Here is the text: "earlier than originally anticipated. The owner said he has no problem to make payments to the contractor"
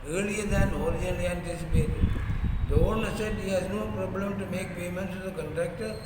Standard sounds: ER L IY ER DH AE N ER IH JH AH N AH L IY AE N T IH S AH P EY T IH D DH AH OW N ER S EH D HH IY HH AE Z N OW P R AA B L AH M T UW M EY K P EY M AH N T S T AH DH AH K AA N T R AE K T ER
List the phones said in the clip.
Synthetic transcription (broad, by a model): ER L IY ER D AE N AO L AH AH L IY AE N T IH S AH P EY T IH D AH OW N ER S EH D HH IY HH AE Z N OW P R AA B L AH M T UW M EY K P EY M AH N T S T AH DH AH K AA N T R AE K T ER